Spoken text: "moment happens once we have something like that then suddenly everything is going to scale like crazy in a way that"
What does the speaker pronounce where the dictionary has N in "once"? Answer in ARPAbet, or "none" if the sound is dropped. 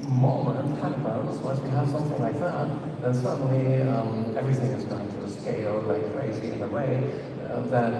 none